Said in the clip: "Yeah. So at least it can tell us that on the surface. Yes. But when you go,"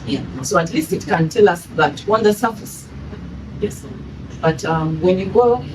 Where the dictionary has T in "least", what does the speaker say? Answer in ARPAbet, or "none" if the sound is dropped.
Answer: T